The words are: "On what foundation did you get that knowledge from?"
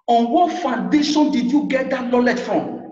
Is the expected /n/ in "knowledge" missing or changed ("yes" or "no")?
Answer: yes